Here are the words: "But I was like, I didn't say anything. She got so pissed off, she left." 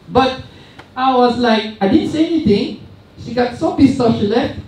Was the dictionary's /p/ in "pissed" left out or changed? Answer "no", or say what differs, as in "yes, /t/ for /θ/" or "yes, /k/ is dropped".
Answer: yes, /b/ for /p/